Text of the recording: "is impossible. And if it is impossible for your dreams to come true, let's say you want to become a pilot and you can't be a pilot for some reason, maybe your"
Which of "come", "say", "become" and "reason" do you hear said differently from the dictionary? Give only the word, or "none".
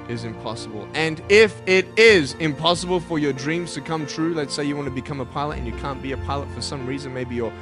none